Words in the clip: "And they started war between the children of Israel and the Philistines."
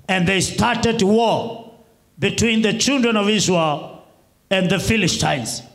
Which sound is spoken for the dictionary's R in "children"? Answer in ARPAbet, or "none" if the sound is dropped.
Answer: R